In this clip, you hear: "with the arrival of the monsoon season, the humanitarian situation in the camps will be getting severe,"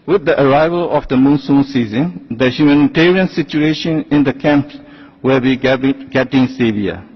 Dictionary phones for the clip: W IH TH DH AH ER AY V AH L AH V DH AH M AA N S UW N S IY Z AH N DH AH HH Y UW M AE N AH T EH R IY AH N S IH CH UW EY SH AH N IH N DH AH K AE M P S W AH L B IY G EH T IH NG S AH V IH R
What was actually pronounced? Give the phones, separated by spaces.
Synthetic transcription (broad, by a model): W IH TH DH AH ER AY V AH L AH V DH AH M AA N S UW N S IY Z AH N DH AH HH Y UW M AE N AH T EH R IY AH N S IH CH UW EY SH AH N IH N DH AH K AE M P W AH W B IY G EH T IH NG S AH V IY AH